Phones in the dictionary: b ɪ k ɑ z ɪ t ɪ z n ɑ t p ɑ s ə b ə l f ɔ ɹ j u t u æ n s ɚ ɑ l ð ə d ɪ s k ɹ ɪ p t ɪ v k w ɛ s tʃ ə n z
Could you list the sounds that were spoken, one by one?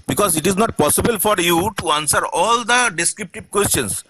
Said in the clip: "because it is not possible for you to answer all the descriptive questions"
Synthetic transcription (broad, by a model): b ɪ k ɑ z ɪ t ɪ z n ɑ t p ɑ s ə b ə l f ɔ ɹ j u t u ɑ n s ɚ ɑ l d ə d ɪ s k ɹ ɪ p t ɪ b k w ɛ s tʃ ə n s